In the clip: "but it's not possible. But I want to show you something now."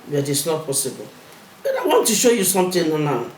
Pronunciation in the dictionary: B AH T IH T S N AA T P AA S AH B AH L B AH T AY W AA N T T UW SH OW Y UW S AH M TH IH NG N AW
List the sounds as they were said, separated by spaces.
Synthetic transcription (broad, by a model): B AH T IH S N AA T P AA S AH B AH L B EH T AY W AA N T T UW SH OW Y UW S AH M T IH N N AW